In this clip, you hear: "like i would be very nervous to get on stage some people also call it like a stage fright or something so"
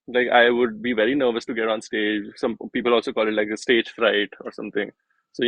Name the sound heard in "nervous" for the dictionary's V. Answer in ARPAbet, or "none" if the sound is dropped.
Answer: V